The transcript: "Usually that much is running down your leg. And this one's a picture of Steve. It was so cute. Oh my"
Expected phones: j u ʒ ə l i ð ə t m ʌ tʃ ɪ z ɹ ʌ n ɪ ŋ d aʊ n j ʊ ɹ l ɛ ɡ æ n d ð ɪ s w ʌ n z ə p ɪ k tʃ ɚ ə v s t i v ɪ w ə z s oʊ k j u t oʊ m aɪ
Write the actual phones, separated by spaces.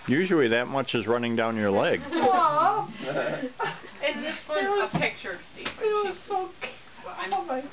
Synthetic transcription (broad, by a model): j u ʒ l i ð ə t m ʌ tʃ ɪ z ɹ ʌ n ɪ ŋ d aʊ n j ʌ ɹ l ɛ ɡ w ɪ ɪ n ə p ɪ k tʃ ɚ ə s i ɪ w ə z s oʊ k oʊ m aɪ